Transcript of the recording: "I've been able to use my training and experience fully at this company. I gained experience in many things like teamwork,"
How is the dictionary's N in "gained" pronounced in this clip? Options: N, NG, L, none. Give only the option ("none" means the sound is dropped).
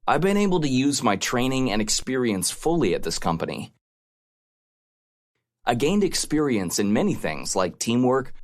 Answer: N